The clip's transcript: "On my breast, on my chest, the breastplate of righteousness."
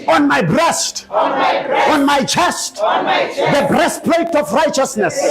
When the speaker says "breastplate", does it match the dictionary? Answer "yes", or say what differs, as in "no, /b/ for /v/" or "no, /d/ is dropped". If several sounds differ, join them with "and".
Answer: yes